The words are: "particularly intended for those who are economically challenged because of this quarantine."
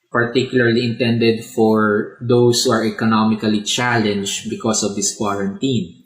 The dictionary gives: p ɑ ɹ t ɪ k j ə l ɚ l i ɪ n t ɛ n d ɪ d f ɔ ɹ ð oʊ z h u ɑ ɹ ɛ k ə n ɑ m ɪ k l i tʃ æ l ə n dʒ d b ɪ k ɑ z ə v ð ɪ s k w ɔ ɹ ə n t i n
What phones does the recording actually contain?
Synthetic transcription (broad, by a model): p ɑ ɹ t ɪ k j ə l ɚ l i ɪ n t ɛ n d ɪ d f ɔ ɹ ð oʊ s h u ɑ ɹ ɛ k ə n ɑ m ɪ k l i tʃ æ l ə n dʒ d b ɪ k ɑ s ə v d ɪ s k w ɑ ɹ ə n t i n